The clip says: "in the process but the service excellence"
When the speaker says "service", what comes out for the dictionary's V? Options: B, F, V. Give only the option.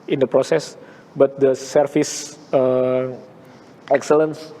F